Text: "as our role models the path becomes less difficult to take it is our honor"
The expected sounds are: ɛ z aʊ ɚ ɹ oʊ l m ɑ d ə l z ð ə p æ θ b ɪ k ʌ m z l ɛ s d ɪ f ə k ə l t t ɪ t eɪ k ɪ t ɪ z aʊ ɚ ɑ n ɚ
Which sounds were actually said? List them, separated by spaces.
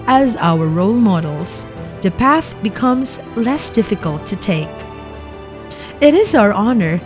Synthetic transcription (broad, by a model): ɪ z aʊ ɚ ɹ oʊ l m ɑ d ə l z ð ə p æ θ b ɪ k ʌ m z l ɛ s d ɪ f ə k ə l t t ɪ t eɪ k ɪ t ɪ z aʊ ɚ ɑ n ɚ